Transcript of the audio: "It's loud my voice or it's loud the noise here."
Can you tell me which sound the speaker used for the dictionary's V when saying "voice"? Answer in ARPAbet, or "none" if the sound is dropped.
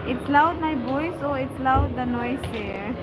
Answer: B